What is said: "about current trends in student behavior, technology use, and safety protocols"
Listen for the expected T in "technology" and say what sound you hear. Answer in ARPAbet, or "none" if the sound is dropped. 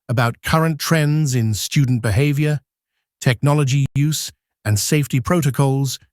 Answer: T